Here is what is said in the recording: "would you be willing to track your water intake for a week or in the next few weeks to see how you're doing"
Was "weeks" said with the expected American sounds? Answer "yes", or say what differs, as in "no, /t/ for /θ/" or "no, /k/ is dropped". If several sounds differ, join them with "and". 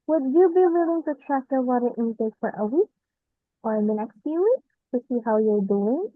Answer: no, /s/ is dropped